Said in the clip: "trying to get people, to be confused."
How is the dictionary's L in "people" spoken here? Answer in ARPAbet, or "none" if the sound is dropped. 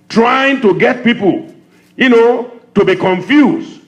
N